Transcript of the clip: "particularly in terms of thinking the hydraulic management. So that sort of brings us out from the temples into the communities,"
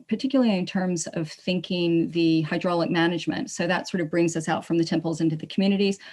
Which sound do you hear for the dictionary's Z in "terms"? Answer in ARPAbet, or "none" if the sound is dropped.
Z